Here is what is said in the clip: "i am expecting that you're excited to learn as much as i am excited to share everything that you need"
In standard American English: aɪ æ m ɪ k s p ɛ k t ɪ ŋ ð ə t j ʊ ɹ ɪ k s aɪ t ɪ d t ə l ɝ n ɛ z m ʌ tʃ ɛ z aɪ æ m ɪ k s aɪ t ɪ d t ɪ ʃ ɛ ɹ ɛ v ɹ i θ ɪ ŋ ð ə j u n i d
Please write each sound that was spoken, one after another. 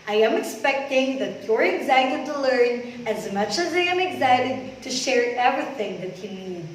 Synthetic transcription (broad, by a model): aɪ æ m ɪ k s p ɛ k t ɪ ŋ ð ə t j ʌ ɹ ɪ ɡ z aɪ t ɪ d t ə l ɝ n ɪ z m ʌ tʃ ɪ z aɪ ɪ m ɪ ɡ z aɪ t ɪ d t ɪ ʃ ɛ ɹ ɛ v ɹ i θ ɪ ŋ ð ə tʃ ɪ n i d